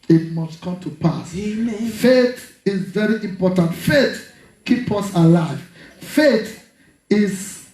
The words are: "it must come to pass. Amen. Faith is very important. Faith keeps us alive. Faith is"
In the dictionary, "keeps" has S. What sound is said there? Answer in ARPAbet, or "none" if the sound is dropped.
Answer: none